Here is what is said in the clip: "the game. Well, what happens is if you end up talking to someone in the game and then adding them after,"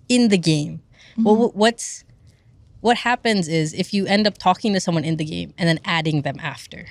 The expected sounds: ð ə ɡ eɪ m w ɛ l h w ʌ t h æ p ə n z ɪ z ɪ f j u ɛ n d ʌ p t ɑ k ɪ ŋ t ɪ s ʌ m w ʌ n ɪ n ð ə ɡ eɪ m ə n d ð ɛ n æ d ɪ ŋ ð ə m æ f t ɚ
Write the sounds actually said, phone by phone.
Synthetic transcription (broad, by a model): ð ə ɡ eɪ m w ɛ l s w ʌ t h æ p ə n z ɪ z ɪ f j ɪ ɛ n d ʌ p t ɑ k ɪ ŋ t ɪ s ʌ m w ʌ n ɪ n ð ə ɡ eɪ m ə n ð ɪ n æ d ɪ ŋ ð ə m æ f t ɚ